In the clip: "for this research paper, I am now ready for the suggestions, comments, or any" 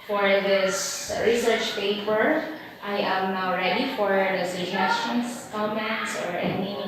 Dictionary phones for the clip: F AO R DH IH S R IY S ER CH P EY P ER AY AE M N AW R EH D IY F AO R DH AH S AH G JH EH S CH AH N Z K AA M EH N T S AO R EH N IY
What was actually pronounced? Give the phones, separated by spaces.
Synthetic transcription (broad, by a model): F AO R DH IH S R IY S ER CH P EY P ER AY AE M N AW R EH D IY F AO R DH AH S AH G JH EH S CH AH N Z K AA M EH T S AO R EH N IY